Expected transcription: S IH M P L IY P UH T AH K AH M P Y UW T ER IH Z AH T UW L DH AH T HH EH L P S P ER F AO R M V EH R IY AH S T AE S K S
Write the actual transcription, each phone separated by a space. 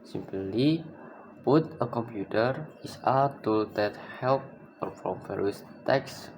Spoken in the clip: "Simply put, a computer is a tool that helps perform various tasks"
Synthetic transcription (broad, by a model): S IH M P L IY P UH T AH K AH M P Y UW T ER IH S AH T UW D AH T HH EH L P P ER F AO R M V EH R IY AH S T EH K S